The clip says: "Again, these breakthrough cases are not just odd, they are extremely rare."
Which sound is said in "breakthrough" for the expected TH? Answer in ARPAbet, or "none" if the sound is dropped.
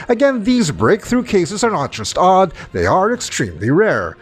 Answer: TH